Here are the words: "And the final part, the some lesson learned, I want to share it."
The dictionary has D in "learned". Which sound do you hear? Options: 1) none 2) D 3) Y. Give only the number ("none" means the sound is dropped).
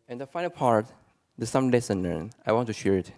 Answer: 1